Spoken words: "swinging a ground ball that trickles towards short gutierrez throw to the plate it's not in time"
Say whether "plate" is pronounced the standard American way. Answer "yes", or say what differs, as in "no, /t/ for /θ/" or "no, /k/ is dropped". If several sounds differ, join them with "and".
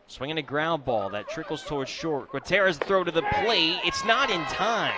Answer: no, /t/ is dropped